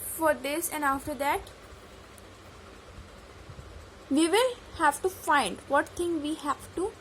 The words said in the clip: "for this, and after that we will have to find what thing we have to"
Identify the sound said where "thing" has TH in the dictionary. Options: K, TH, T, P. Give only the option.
T